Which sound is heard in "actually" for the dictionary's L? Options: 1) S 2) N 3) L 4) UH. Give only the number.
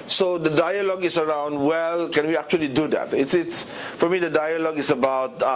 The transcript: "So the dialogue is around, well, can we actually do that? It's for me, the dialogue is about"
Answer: 3